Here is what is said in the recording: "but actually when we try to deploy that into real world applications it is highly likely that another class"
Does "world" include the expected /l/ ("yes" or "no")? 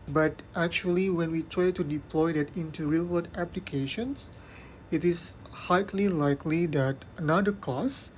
no